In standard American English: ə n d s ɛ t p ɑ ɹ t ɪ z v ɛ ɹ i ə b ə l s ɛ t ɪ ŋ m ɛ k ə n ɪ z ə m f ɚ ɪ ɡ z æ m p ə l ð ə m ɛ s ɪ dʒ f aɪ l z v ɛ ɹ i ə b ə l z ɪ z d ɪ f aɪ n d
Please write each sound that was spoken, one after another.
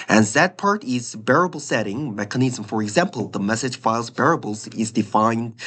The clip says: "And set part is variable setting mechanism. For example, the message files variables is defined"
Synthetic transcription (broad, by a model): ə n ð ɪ t p ɑ ɹ t ɪ z b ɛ ɹ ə b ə l s ɛ t ɪ ŋ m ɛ k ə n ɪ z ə m f ɚ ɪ ɡ z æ m p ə l ð ə m ɛ s ɪ dʒ f aɪ l z b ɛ ɹ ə b l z ɪ z d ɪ f aɪ n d